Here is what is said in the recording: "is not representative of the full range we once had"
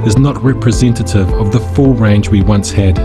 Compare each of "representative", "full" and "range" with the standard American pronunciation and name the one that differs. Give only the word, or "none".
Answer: none